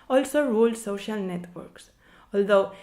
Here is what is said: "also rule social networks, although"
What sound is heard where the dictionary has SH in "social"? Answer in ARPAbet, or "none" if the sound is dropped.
SH